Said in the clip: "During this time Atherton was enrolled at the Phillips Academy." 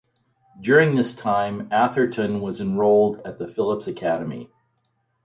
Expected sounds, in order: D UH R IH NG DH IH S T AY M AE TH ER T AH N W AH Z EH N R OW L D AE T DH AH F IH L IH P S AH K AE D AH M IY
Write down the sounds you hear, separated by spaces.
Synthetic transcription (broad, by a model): D UH R IH NG DH IH S T AY M AE TH ER T AH N W AH Z EH N R OW L D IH T DH AH F IH L IH P S AH K AE D AH M IY